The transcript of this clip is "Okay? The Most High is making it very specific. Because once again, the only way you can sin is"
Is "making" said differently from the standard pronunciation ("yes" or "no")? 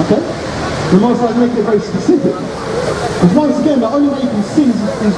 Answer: yes